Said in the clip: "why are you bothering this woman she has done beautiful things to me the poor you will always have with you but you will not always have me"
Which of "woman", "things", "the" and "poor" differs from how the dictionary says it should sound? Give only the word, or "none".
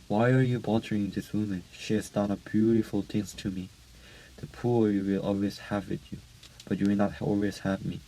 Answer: things